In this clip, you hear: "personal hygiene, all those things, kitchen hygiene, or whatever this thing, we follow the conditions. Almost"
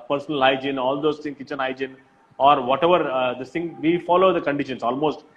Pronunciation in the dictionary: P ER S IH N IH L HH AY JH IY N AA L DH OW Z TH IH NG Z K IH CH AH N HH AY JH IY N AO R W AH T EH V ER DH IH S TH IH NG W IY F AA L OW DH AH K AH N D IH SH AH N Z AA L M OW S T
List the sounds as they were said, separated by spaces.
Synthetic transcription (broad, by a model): P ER S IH N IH L AY JH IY N AA L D OW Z T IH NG K IH CH AH N AY JH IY N AO R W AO T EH V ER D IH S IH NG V IY F AA L OW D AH K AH N D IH SH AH N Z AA L M OW S T